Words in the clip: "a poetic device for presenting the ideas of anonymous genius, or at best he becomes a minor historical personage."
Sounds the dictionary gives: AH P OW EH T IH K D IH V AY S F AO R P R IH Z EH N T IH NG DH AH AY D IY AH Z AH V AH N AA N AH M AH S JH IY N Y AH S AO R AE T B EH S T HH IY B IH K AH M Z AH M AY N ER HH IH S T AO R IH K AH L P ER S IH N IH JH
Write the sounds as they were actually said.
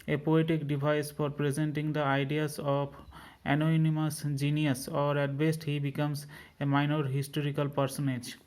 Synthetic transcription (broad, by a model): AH P OW EH T IH K D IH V AY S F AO R P R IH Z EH N T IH NG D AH AY D IY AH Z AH P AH N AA N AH M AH S JH IY N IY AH S AO R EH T B EH S T HH IY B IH K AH M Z AH M AY N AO HH IH S T AO R IH K AH L P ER S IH N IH JH